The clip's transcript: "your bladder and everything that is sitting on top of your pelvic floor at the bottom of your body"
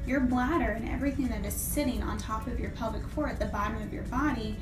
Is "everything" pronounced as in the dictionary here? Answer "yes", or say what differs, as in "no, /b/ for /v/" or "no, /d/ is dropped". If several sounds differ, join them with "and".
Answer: yes